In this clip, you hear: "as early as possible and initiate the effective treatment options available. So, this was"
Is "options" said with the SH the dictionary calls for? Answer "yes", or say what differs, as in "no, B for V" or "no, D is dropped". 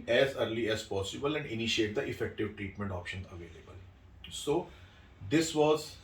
yes